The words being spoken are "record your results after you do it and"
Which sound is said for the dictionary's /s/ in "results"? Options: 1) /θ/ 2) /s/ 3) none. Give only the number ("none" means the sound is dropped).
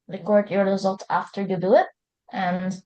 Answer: 3